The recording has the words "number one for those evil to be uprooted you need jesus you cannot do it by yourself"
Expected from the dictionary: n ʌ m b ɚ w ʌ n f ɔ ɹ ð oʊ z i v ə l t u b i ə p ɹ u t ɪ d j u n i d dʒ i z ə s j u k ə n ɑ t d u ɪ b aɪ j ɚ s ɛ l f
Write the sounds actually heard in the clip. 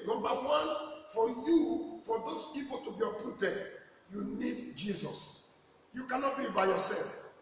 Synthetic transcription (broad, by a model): n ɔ m b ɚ w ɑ n f ɔ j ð oʊ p i p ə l t u b i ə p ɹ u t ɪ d j u n i d dʒ i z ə s j u k ə n ɑ t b ɪ b aɪ j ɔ s ɛ l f